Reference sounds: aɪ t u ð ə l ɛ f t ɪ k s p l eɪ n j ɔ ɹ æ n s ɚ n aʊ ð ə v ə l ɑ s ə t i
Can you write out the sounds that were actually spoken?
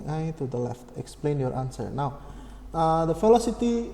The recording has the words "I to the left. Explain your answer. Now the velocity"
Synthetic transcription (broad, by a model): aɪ t u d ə l ɛ f t ɪ k s p l eɪ n j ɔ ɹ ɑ n s ɚ n aʊ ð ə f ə l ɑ s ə t i